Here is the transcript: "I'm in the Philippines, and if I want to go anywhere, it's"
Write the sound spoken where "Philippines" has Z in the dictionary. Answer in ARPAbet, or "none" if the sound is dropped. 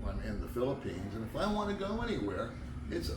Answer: Z